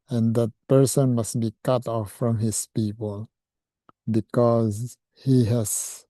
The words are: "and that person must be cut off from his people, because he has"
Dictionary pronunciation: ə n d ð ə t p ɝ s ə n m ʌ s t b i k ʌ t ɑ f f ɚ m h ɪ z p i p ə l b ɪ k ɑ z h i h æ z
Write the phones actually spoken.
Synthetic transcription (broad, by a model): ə n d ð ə t p ɝ s ə n m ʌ s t b i k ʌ t ɑ f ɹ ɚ m h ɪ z p i p ə l b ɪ k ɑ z h i h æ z